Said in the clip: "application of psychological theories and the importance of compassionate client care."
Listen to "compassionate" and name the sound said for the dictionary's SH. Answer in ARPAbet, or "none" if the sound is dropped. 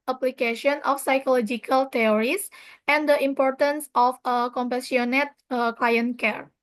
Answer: S